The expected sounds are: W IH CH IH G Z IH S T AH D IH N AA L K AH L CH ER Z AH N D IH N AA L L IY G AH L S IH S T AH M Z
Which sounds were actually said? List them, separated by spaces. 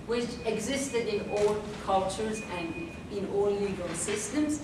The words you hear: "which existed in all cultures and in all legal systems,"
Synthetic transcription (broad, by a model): W IH CH IH G Z IH S T AH D IH N AA L K AH L CH ER Z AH N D IH N AA L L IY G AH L S IH S T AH M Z